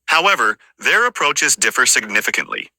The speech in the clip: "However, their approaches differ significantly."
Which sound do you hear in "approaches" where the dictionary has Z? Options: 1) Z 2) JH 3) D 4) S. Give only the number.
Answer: 1